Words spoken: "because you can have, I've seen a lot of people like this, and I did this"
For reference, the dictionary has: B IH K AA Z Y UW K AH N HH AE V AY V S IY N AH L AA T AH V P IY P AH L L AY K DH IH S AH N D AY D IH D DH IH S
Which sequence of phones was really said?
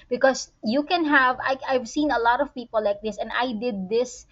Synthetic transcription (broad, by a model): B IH K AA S Y UW K AH N HH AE V AY V S IY N AH L AA T AH V P IY P AH L L AY K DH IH S AH N D AY D IH D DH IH S